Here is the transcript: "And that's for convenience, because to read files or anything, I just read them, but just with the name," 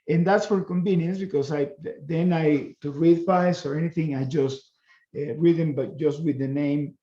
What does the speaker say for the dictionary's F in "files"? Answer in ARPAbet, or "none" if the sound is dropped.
P